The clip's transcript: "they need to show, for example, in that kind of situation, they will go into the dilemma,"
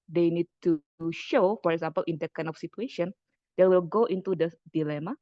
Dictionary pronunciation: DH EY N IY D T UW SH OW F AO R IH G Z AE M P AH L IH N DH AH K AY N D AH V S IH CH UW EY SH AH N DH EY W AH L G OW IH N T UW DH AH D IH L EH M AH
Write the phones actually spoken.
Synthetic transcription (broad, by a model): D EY N IY D T UW SH OW F AO R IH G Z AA M P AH L IH N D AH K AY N AH F S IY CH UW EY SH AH N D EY W AH L G OW IH N T UW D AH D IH L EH M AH